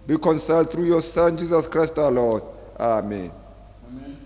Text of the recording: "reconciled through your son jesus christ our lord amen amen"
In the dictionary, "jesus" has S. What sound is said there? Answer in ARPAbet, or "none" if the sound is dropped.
S